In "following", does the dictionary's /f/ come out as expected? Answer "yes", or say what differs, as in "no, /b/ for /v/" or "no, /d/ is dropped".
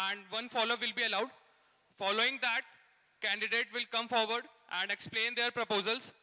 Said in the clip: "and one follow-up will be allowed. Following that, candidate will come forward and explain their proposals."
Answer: yes